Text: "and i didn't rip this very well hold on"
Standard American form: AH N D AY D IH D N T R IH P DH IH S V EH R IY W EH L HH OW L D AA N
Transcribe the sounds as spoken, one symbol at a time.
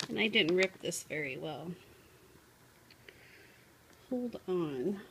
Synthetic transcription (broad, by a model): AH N AY D IH D N T R IH P DH IH S V EH R IY W EH L HH OW L D N